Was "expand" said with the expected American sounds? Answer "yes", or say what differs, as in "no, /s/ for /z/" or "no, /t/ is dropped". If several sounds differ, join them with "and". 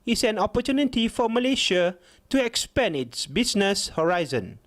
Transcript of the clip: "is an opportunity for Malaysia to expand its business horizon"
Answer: no, /d/ is dropped